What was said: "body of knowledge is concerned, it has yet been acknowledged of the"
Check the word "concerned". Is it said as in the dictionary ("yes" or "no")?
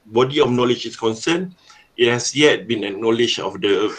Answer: no